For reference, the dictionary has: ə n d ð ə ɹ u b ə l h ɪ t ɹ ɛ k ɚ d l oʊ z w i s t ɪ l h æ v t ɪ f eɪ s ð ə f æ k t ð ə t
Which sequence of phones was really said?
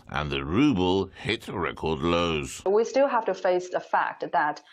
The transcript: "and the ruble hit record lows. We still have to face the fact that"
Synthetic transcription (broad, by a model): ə n ð ə ɹ u b ə l h ɪ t ɹ ɛ k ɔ d l oʊ z w i s t ɪ l h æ f t ɪ f eɪ s ð ə f æ k t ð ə t